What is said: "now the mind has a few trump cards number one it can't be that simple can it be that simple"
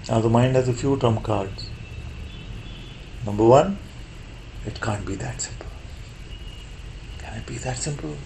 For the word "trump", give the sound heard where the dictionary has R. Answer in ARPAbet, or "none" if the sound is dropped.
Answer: none